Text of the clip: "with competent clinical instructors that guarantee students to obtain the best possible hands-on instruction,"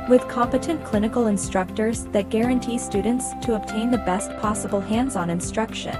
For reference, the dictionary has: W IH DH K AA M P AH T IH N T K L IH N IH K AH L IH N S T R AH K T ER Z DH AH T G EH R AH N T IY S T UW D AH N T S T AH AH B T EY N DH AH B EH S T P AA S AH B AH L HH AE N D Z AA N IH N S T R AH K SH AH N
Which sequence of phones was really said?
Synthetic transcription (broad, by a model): W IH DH K AA M P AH T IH N K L IH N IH K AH L IH N S T R AH K T ER Z DH AH T G EH R AH N T IY S T UW D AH N T S T AH AH B T EY N DH AH B EH S T P AA S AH B L HH AE N D Z N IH N S T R AH K SH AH N